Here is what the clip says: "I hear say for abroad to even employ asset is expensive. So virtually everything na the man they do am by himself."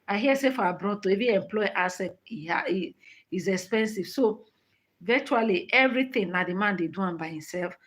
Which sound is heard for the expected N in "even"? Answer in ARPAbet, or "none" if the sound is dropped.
none